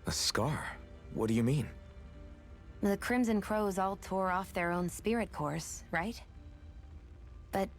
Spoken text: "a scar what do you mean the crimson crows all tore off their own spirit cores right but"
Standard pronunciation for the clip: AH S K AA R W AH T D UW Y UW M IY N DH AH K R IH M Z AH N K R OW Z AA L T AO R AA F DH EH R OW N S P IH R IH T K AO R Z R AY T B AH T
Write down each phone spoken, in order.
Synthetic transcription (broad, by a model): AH S K AA R W AH T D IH Y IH M IY N DH AH K R IH M Z AH N K R OW Z AA L T AO R AA F DH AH R OW N S P IH R IH T K AO R S R AY T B AH T